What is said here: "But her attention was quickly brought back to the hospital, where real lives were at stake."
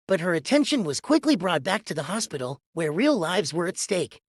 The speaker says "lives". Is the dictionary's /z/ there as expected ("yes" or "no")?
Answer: yes